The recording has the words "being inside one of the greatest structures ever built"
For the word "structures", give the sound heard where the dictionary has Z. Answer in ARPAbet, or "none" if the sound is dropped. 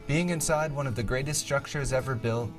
Z